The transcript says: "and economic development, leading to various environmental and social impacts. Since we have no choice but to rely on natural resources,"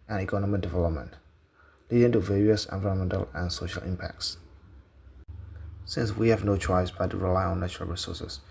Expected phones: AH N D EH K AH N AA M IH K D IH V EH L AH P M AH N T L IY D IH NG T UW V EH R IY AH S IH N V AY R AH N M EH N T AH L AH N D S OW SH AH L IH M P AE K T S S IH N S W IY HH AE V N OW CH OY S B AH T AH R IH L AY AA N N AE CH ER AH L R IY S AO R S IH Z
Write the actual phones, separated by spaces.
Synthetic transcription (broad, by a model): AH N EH K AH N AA M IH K D IH V EH L AH P M AH N T L IY D IH NG T UW V EH R IY AH S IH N V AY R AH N M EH N T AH L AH N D S OW SH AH L IH M P AE K T S S IH N S W IY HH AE V N OW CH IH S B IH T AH R IH L AY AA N N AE CH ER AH L R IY S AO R S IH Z